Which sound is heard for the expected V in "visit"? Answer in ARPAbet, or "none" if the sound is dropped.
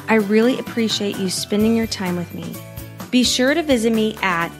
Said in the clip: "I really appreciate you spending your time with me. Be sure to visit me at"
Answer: V